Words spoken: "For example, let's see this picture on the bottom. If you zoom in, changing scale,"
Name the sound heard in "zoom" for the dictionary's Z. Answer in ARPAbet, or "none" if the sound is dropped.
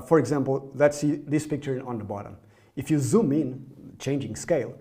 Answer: Z